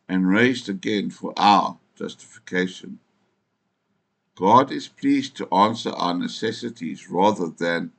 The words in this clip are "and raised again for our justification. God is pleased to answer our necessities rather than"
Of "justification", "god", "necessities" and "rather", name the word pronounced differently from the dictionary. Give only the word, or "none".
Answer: none